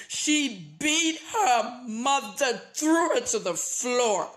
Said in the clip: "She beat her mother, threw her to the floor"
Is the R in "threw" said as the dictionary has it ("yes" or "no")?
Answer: yes